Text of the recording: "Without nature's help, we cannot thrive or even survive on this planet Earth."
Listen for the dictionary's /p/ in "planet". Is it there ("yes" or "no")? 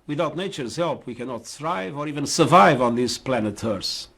yes